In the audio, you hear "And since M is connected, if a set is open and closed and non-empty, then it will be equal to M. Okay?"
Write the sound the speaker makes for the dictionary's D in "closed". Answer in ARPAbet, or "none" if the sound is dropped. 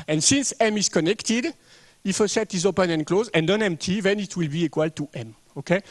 none